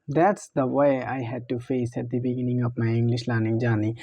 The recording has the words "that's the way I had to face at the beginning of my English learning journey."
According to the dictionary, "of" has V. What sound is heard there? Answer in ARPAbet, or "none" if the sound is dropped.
P